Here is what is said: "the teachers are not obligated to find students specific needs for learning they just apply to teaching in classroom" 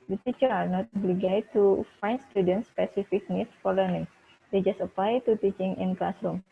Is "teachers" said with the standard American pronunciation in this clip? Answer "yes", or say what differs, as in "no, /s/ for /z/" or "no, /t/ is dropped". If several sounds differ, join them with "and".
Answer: no, /z/ is dropped